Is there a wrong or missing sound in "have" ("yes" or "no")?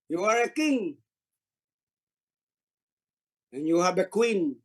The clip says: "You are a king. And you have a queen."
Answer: yes